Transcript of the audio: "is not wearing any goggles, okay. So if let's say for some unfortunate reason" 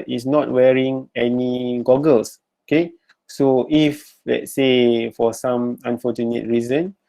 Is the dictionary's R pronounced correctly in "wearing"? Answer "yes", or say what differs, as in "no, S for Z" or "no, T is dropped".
yes